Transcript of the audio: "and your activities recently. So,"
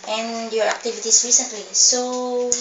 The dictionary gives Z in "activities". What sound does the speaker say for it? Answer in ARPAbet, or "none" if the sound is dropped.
S